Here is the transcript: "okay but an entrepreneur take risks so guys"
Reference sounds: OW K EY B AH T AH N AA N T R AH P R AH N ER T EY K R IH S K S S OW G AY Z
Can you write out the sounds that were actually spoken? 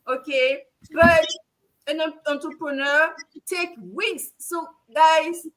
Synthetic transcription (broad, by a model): OW K EY B AH T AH N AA N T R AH P R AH N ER T EY K W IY K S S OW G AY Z